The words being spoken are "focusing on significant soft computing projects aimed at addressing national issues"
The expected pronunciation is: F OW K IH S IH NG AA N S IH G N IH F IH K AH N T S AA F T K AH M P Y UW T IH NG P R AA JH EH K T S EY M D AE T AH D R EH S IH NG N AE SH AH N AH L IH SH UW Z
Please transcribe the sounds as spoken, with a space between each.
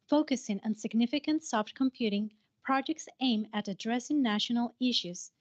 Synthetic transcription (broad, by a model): F OW K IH S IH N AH N S IH G N IH F IH K AH N T S AA F T K AH M P Y UW T IH NG P R AA JH EH K T S EY M AE T AH D R EH S IH NG N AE SH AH N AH L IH SH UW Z